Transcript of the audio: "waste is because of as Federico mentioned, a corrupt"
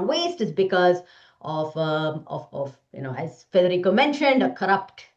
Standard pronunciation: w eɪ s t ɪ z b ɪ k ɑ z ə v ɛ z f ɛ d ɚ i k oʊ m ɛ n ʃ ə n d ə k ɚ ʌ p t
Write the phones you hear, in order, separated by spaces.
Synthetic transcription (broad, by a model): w eɪ s t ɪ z b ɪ k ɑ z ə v ɛ z f ɛ d ɚ i k oʊ m ɛ n ʃ ə n d ə k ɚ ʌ p t